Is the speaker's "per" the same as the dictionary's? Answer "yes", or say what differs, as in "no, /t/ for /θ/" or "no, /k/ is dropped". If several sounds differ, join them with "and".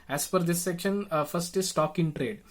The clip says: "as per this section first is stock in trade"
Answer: no, /f/ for /p/